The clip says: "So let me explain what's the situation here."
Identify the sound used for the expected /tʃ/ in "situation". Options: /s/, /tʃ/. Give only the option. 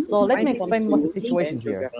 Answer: /tʃ/